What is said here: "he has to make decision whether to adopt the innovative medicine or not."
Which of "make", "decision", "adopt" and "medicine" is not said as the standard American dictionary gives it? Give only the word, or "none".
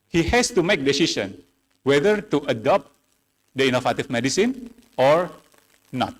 decision